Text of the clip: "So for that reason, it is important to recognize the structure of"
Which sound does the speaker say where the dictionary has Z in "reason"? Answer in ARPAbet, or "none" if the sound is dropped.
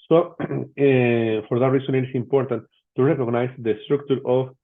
S